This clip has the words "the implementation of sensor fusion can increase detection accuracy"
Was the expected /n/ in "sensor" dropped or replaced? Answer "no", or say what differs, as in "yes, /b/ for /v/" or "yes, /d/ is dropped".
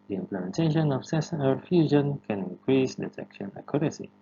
yes, /n/ is dropped